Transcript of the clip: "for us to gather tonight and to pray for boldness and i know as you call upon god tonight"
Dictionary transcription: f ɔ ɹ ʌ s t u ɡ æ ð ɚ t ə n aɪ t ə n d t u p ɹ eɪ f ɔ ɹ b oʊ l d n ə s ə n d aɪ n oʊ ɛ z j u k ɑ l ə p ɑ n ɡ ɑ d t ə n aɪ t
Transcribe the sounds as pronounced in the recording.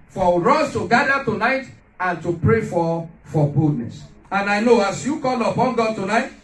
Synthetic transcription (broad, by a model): f ɔ ɹ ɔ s t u ɡ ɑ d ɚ t ə n aɪ t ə n t u p ɹ eɪ f ɔ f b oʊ d n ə s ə n aɪ n oʊ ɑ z j u k ɑ l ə p ɑ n ɡ ɑ d t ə n aɪ t